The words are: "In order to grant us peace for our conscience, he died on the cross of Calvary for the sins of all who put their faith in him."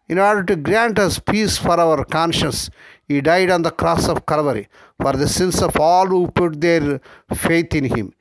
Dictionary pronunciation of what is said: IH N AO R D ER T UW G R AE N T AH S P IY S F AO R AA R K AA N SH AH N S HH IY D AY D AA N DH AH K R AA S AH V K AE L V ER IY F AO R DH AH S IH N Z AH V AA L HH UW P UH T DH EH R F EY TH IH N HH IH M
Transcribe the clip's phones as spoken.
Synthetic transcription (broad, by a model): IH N AO R D ER T UW G R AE N T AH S P IY S F AO R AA R K AA N SH AH N S HH IY D AY D AA N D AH K R AA S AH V K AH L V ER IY F AO R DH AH S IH N S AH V AA L HH UW P UH T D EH R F EY T IH N HH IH M